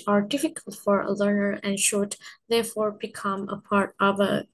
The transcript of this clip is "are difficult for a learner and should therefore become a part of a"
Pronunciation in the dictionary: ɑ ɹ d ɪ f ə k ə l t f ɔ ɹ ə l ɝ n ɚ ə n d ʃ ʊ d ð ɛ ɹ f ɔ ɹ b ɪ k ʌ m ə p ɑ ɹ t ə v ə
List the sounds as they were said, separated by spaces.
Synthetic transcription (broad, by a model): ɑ ɹ d ɪ f ə k ə l t f ɔ ɹ ə l ɝ n ɚ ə n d ʃ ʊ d ð ɛ ɹ f ɔ ɹ b ɪ k ʌ m ə p ɑ ɹ t ə v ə